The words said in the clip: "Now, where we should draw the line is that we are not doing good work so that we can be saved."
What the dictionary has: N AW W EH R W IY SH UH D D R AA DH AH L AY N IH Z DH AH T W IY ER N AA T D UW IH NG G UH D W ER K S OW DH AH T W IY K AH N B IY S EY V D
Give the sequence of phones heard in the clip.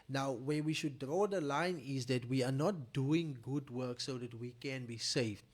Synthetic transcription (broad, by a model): N AW W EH W IY SH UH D D R AA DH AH L AY N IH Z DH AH T W IY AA N AA T D UW IH NG G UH D W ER K S OW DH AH T W IY K AH N B IY S EY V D